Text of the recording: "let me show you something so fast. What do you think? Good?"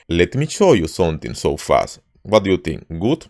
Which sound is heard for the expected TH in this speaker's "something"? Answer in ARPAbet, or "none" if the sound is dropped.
T